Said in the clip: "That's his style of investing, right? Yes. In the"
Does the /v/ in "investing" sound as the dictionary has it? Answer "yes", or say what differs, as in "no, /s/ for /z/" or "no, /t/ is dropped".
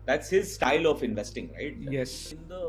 yes